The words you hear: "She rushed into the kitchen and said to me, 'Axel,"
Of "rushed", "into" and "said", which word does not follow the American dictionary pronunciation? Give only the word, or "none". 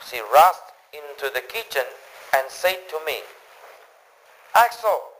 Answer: rushed